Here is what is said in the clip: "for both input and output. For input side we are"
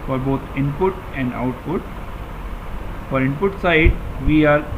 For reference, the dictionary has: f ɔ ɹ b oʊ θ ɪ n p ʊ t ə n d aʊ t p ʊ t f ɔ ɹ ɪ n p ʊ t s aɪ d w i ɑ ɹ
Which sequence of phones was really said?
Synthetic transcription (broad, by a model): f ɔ ɹ b oʊ t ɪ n p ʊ t ə n d aʊ t p ʊ t f ɔ ɹ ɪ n p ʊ t s aɪ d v i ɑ ɹ